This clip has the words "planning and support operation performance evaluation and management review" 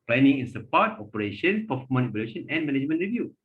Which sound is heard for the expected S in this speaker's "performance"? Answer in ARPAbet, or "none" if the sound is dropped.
none